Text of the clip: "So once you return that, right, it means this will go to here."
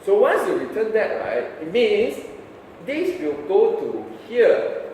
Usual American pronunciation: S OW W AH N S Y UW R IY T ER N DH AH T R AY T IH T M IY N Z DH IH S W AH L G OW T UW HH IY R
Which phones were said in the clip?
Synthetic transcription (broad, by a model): S OW W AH N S Y UW R IY T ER N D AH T R AY T IH T M IY N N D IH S W AH L G OW T UW HH IY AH